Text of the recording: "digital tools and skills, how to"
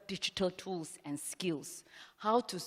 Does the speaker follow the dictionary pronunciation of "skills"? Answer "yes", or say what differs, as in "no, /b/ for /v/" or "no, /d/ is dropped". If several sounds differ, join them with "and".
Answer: no, /s/ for /z/